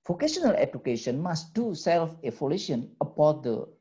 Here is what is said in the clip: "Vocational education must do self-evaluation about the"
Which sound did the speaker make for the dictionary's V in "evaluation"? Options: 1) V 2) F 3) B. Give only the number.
2